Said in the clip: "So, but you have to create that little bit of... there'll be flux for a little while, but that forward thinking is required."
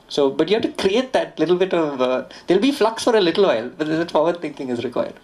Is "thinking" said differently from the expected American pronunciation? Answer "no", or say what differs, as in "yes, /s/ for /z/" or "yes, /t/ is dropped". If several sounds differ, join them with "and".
yes, /t/ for /θ/